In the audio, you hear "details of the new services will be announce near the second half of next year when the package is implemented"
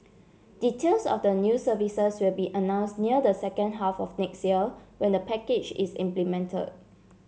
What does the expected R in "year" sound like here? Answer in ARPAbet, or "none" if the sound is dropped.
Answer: L